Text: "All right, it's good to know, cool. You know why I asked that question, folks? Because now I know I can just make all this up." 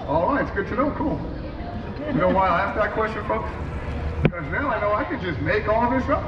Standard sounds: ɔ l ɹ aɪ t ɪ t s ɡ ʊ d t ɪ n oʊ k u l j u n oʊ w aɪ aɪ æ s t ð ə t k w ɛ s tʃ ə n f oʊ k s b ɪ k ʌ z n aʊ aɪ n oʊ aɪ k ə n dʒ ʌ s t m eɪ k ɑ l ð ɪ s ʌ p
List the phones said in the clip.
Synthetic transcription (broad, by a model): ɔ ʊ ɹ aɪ ɪ t s ɡ ʊ d t ɪ n oʊ k u l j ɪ n oʊ w aɪ aɪ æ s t ð ə t k w ɛ s tʃ ə n f oʊ k s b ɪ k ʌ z n aʊ aɪ n oʊ aɪ k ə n dʒ ʌ s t m eɪ k ɑ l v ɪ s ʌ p